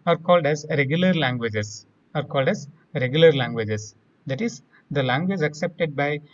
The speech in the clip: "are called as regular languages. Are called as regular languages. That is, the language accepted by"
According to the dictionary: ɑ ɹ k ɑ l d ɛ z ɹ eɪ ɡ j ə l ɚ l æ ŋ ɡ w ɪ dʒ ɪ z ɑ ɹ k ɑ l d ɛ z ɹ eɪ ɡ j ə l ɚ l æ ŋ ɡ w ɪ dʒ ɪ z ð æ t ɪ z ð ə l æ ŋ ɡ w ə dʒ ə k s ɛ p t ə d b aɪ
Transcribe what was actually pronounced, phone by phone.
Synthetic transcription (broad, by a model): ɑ ɹ k ɑ l d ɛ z ɹ eɪ ɡ j ə l ɚ l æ ŋ ɡ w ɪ dʒ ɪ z ɑ ɹ k ɑ l d ɛ z ɹ eɪ ɡ j ə l ɚ l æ ŋ ɡ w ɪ dʒ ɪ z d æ t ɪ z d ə l æ ŋ ɡ w ə dʒ ə k s ɛ p t ə d b aɪ